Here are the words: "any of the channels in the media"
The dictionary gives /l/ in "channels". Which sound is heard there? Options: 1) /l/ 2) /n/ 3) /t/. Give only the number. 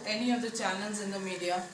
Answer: 2